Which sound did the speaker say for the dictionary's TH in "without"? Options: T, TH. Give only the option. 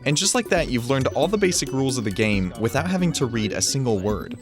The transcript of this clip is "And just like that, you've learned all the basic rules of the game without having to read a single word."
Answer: TH